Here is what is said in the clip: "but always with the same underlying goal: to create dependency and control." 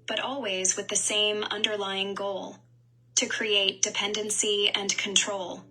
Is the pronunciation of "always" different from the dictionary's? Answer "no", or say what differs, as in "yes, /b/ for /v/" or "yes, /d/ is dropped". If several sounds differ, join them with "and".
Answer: no